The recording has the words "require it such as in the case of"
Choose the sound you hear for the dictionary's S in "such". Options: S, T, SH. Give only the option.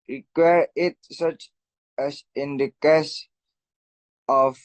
S